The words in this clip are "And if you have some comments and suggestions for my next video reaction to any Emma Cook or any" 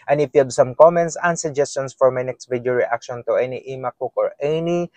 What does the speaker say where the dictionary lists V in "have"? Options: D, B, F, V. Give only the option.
B